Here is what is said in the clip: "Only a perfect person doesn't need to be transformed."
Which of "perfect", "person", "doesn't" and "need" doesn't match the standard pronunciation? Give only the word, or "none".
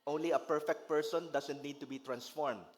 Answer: doesn't